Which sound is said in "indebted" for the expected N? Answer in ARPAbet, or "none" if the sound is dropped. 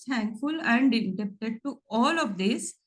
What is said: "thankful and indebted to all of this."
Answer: none